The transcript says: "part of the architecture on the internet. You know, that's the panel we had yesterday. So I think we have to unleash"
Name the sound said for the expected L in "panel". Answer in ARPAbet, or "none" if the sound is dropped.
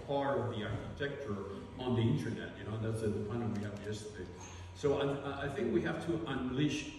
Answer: N